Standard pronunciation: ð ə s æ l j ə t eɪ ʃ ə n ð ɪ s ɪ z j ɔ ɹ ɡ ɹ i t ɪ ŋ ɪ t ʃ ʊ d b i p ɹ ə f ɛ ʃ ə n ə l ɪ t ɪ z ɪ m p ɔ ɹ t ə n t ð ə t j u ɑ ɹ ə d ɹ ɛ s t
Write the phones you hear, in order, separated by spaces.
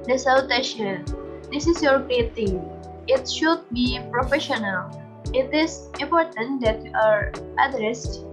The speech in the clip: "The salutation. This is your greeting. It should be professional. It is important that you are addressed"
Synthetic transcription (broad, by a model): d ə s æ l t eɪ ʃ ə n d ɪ s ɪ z j ɔ ɹ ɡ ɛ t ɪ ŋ ɪ t ʃ ʊ d b i p ɹ ə f ɛ ʃ ə n ə l ɪ t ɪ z ɪ m p ɔ ɹ t ə n t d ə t j u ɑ ɹ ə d ɹ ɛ s t